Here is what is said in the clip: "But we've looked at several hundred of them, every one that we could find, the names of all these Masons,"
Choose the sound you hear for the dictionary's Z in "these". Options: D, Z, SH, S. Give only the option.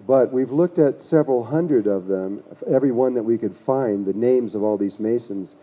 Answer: Z